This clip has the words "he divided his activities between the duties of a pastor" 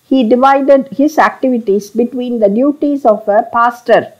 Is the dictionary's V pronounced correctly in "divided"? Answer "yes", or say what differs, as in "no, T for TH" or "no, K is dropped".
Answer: yes